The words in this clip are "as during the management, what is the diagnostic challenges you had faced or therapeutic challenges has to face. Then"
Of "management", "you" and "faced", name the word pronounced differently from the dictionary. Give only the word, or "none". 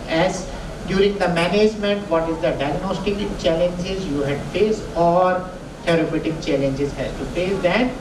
faced